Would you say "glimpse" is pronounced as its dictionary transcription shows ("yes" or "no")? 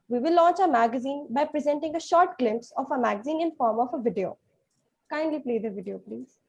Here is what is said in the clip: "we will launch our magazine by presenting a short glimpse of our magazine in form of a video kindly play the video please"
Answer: yes